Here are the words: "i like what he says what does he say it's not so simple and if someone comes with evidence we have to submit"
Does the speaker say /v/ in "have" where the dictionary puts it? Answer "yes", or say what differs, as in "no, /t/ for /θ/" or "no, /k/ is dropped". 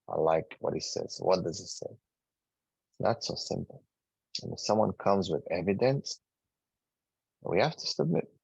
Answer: no, /f/ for /v/